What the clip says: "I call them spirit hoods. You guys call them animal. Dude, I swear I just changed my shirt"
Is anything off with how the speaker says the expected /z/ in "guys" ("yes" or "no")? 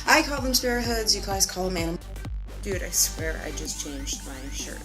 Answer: yes